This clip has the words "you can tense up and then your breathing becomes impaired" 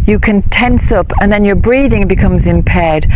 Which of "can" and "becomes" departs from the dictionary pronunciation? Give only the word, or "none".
none